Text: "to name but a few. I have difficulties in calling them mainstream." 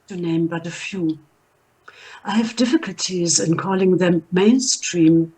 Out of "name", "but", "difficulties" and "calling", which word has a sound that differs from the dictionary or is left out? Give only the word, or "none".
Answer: none